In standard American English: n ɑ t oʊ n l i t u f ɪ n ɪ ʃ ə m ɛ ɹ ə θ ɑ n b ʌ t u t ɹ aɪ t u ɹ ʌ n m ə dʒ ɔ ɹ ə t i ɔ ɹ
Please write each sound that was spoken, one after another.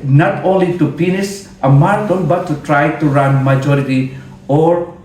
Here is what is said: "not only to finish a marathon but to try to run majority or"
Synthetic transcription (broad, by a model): n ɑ t oʊ n l i t u p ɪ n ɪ s ə m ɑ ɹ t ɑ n b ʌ t u t ɹ aɪ t u ɹ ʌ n m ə dʒ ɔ ɹ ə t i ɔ ɹ